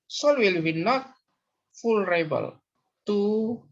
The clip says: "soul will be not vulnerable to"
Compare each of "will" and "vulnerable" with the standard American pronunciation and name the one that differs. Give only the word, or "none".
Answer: vulnerable